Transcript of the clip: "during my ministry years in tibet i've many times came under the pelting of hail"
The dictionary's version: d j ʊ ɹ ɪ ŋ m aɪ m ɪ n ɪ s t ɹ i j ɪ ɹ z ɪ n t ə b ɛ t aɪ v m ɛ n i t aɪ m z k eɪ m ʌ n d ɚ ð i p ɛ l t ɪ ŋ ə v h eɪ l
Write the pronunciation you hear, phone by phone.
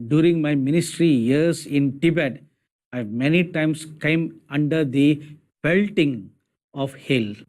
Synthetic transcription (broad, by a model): d j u ɹ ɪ ŋ m aɪ m ɪ n ɪ s t ɹ i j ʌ ɹ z ɪ n t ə b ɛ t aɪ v m ɛ n i t aɪ m s k eɪ m ʌ n d ɚ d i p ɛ l t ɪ ŋ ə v h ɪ l